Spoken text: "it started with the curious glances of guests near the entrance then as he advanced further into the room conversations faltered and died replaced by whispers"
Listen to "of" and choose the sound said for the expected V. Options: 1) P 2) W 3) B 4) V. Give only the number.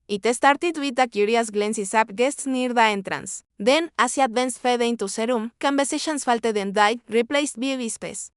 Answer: 1